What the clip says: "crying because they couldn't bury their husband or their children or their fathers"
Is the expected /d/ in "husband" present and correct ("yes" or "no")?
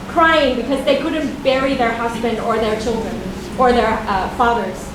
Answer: yes